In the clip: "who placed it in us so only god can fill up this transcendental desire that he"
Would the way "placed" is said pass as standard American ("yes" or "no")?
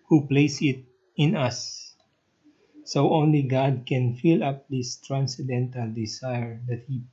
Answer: no